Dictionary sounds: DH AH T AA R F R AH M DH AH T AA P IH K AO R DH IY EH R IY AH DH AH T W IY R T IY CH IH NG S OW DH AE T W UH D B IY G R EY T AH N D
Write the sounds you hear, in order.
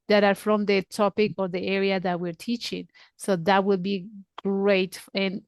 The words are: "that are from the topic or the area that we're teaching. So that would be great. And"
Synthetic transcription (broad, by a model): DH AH T AA R F R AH M DH AH T AA P IH K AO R DH IY EH R IY AH DH AH T W IY R T IY CH IH NG S OW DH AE T W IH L B IY G R EY T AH N